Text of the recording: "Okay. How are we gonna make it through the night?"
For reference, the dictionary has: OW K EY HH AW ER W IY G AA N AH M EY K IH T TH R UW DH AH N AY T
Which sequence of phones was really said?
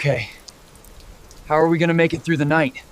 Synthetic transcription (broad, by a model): K EY HH AW ER W IY G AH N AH M EY K IH T TH R UW DH AH N AY T